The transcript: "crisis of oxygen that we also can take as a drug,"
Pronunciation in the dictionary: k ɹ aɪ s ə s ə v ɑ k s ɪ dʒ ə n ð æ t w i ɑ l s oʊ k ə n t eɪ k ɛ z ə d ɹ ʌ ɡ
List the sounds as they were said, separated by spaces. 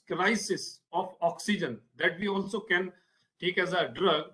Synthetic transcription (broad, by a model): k ɹ aɪ s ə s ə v ɑ k s ɪ dʒ ə n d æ t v i ɑ l s oʊ k ə n t eɪ k ɛ z ə d ɹ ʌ ɡ